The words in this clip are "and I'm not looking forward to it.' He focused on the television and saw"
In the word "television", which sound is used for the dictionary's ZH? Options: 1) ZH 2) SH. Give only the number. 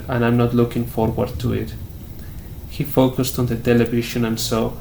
2